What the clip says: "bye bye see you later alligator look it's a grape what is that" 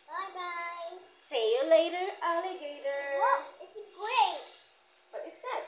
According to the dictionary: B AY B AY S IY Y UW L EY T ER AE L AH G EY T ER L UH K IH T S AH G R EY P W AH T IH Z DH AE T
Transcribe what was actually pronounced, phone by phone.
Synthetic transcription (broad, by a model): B AY B AY S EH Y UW L EY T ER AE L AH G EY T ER W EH IH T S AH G R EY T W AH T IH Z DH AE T